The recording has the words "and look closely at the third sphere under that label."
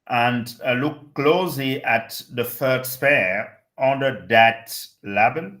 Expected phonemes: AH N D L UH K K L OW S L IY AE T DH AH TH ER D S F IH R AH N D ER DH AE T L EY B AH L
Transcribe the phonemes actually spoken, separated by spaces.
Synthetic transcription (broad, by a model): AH N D L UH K K L OW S L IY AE T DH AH F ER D S P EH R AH N D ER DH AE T L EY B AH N